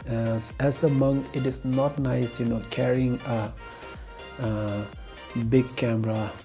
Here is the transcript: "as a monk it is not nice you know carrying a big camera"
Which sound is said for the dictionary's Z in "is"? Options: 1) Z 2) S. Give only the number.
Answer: 2